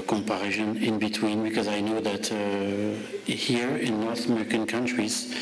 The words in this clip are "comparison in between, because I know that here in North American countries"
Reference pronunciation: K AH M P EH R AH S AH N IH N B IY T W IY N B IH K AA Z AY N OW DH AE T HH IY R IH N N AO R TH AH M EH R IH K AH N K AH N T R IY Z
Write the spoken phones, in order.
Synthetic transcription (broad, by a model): K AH M P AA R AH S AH N IH N B IY T W IY N B IH K AA Z AY N OW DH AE T HH IY R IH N N AO R TH AH M EH R IH K AH N K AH N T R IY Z